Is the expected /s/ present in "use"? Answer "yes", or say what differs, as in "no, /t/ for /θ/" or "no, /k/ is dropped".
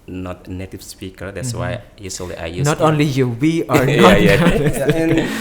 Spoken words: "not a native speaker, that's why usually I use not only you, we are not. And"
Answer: no, /s/ is dropped